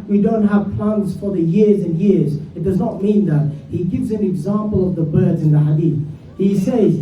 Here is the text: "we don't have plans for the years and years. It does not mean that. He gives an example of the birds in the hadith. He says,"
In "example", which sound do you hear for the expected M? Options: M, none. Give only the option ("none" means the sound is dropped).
M